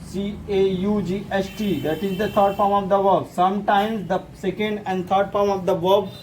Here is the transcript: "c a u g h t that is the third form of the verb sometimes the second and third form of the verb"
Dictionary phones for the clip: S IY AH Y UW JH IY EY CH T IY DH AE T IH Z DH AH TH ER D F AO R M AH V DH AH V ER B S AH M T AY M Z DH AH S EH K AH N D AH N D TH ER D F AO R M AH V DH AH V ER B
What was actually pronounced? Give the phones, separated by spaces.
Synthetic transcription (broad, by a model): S IY AH Y UW JH IY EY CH T IY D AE T IH Z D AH T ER D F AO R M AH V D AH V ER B S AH M T AY M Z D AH S EH K AH N D AH N D T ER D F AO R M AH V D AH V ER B